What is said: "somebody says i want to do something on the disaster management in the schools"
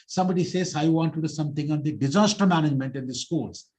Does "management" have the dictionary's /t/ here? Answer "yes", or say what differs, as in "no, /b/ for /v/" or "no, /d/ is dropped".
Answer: yes